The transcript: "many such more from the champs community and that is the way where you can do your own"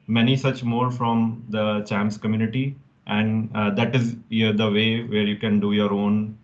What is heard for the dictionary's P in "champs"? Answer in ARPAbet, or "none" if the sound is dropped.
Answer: none